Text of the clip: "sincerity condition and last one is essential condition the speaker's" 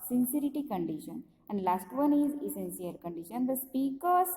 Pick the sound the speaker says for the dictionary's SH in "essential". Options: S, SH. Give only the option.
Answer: S